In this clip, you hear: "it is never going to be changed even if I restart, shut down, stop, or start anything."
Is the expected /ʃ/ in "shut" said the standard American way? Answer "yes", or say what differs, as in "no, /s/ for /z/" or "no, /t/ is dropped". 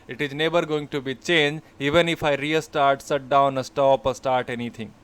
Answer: no, /s/ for /ʃ/